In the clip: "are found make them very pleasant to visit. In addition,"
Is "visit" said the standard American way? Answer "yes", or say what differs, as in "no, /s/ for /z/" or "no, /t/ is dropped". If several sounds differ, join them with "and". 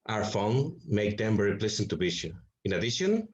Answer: no, /b/ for /v/ and /t/ is dropped